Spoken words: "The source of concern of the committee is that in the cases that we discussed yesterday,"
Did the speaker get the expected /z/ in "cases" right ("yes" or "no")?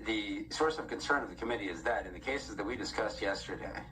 yes